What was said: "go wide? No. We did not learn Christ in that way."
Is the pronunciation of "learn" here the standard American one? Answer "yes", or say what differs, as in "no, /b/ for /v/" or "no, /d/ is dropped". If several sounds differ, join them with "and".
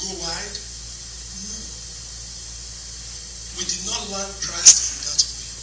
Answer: no, /w/ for /l/